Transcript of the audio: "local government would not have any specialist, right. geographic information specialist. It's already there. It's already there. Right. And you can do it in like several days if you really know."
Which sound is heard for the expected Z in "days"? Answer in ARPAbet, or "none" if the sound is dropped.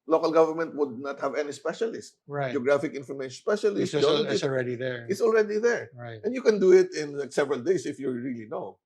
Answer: S